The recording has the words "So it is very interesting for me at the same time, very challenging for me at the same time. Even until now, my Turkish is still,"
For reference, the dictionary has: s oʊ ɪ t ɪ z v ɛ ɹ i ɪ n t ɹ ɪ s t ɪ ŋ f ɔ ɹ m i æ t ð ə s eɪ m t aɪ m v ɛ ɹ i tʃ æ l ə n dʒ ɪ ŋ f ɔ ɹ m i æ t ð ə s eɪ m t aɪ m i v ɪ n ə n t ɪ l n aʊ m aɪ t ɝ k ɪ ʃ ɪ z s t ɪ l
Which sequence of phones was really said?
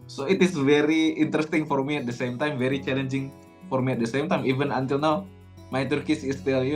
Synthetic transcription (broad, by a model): s oʊ ɪ t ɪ s v ɛ ɹ i ɪ n t ɹ ɪ s t ɪ ŋ f ɔ ɹ m i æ t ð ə s eɪ m t aɪ m v ɛ ɹ i tʃ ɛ l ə n dʒ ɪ ŋ f ɔ ɹ m i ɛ t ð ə s eɪ m t aɪ m i v ɪ n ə n t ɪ l n aʊ m aɪ t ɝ k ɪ s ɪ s t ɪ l